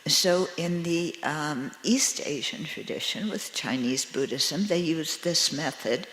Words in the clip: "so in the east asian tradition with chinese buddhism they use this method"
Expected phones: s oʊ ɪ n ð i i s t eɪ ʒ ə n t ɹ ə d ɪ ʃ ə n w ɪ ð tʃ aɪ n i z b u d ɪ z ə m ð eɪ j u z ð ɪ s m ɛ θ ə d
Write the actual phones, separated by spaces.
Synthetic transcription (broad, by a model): s oʊ ɪ n ð i i s t eɪ ʒ ə n t ɹ ə d ɪ ʃ ə n w ɪ ð tʃ aɪ n i z b u d ɪ z ə m ð eɪ j u z ð ɪ s m ɛ θ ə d